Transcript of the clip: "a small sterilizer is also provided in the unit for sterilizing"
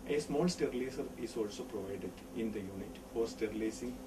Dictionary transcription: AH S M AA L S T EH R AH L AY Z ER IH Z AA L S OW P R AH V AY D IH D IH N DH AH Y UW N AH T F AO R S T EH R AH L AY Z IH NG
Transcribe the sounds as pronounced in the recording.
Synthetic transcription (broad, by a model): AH S M AA L S T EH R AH L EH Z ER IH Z AA L S OW P R AH V AY D IH D IH N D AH Y UW N AH T F AO R S T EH R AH L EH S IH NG